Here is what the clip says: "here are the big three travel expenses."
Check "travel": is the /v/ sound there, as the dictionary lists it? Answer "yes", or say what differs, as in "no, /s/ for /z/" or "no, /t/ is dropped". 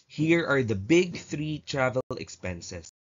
yes